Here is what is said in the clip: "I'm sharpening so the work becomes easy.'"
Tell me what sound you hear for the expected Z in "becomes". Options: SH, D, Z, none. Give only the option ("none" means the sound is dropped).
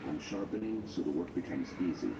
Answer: Z